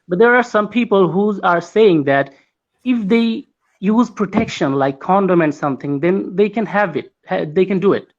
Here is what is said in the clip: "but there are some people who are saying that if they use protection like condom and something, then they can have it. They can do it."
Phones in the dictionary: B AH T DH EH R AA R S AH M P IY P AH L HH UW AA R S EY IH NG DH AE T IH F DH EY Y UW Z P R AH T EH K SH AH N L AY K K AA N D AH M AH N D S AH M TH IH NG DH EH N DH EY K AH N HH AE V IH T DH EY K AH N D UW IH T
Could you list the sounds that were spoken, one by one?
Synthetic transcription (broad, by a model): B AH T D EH R AA R S AH M P IY P AH L HH UW AA R S EY IH NG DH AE T IH F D EY Y UW Z P R AH T EH K SH AH N L AY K K AA N D AH M AH N D S AH M T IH NG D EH N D EY K AH N HH AE V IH T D EY K AH N D UW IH T